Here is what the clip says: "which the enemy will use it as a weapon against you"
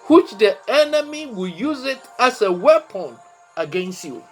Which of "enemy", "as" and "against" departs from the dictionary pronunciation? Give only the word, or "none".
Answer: as